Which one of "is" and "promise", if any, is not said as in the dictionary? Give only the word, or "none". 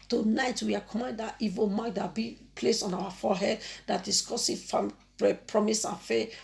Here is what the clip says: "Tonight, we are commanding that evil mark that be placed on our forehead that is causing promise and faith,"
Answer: is